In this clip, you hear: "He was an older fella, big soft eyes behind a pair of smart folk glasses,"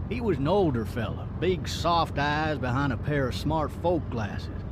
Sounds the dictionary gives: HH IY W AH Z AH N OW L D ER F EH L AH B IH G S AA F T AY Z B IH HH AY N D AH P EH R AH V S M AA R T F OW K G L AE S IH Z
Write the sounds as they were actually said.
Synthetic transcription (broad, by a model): HH IY W AH Z N OW L D ER F EH L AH B IH G S AA F T AY Z B IH HH AY N D AH P EH R AH V S M AA R T F OW K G L AE S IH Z